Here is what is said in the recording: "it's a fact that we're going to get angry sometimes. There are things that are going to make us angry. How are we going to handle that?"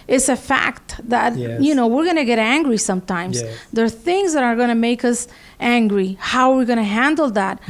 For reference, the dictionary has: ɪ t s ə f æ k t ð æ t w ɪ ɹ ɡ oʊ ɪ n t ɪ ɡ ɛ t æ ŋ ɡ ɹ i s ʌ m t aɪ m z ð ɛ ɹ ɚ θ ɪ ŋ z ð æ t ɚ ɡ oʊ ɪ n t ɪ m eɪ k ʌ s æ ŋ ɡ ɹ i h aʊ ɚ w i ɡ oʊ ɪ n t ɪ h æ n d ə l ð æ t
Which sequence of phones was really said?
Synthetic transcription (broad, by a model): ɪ t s ə f æ k t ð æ t w ɪ ɹ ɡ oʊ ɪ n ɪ ɡ ɛ t æ ŋ ɡ ɹ i s ʌ m t aɪ m z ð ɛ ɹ θ ɪ ŋ z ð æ t ɚ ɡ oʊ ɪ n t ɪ m eɪ k ʌ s æ ŋ ɡ ɹ i h aʊ ɚ w i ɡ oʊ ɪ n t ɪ h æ n d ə l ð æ t